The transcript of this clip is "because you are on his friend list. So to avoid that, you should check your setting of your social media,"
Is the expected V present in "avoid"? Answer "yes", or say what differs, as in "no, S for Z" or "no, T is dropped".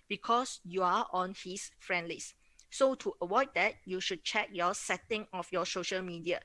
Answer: no, W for V